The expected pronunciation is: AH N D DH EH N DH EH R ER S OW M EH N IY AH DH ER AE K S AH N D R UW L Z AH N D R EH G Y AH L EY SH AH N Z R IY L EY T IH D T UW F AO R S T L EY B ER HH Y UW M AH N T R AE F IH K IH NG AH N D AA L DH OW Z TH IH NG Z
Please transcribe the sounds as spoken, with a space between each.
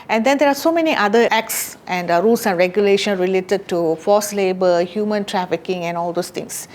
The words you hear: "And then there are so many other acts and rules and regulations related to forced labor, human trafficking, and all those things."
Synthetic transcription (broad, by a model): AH N D EH N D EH R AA S OW M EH N IY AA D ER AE K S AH N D R UW L S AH N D R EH G Y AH L EY SH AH N R IY L EY T IH D T UW F AO S L EY B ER HH Y UW M AH N T R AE F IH K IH NG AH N AA L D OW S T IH NG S